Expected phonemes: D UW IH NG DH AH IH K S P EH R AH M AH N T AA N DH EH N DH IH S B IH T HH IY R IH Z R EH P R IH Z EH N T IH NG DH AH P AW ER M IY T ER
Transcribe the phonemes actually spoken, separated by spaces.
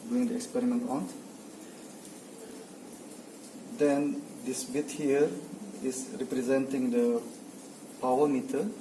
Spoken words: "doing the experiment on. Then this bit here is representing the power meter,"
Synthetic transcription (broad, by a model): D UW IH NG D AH IH K S P EH R AH M AH N T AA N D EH N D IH S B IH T HH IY R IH S R EH P R IH Z EH N T IH NG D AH P AW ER M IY T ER